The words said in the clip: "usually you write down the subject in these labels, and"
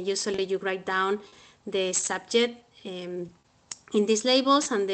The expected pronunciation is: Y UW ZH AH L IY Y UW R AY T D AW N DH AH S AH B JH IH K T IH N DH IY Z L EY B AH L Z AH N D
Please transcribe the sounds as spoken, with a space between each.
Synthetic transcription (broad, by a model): Y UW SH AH L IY Y UW R AY T D AW N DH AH S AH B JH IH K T IH N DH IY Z L EY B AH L S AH N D